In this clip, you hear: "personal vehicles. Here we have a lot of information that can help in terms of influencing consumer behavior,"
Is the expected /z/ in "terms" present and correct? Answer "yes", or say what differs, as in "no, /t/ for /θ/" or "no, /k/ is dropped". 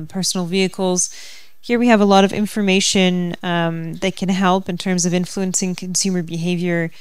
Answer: yes